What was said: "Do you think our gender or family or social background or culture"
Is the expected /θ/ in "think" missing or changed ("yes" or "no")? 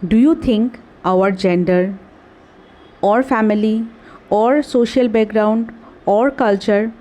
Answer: yes